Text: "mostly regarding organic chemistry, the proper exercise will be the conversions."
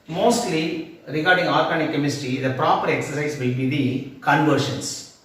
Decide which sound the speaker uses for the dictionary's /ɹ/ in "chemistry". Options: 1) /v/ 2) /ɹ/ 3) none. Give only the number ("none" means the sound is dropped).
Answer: 3